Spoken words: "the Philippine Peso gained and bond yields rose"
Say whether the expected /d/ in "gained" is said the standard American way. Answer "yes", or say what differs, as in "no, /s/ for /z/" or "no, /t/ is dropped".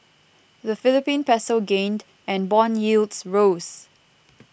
yes